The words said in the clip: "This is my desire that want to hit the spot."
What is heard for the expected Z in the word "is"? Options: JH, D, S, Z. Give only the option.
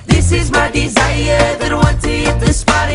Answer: Z